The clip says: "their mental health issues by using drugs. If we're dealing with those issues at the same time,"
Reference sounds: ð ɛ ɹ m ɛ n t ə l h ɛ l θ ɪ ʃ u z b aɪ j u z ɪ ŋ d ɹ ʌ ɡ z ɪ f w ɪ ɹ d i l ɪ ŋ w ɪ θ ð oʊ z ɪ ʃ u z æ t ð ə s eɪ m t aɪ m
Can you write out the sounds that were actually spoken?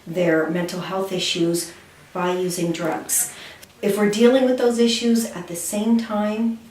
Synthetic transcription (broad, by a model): ð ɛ ɹ m ɛ n t l h ɛ l θ ɪ ʃ u z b aɪ j u z ɪ ŋ d ɹ ʌ ɡ z ɪ f w ɪ ɹ d i l ɪ ŋ w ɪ ð oʊ z ɪ ʃ u z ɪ t ð ə s eɪ m t aɪ m